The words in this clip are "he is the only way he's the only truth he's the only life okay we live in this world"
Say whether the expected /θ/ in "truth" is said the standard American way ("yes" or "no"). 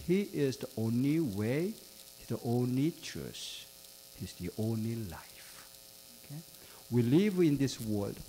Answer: no